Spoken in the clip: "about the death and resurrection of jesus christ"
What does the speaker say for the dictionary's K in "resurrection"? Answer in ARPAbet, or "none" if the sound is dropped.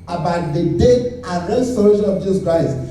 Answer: none